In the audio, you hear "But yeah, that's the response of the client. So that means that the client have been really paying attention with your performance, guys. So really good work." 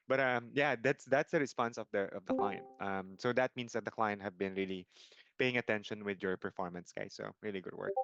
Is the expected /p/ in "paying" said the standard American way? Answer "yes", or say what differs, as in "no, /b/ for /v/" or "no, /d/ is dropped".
yes